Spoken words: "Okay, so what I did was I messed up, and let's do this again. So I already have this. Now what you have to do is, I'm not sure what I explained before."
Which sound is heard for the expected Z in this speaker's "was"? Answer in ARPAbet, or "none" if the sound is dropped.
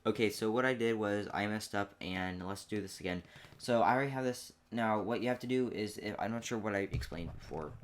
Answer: Z